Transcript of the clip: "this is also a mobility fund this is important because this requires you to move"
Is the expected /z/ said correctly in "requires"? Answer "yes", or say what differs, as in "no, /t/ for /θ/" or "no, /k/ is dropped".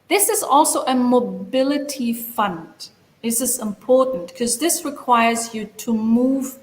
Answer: yes